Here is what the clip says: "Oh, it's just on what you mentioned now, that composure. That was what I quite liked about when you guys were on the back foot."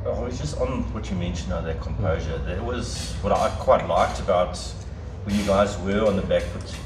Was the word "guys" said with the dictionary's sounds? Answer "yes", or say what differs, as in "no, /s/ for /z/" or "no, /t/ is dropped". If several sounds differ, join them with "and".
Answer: yes